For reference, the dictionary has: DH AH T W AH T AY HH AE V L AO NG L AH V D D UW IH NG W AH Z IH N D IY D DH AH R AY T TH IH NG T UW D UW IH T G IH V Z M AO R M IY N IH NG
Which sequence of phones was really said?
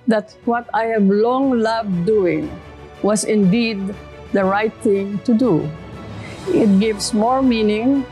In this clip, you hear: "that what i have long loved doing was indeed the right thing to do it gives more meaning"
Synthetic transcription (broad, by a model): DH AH T W AH T AY HH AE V L AO NG L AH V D D UW IH NG W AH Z IH N D IY D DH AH R AY T TH IH NG T UW D UW IH T G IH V S M AO R M IY N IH NG